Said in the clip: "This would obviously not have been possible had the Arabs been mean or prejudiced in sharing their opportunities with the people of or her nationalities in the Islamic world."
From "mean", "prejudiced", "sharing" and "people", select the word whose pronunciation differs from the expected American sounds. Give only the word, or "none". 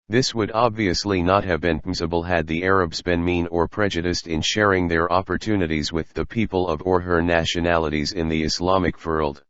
none